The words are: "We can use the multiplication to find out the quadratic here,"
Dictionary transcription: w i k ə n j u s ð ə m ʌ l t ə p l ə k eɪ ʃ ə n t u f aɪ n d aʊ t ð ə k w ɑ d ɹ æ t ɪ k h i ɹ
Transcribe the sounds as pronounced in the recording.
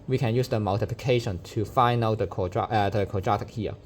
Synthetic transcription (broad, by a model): w i k ə n j u s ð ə m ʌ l t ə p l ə k eɪ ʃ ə n t u f aɪ n aʊ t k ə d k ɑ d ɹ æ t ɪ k h i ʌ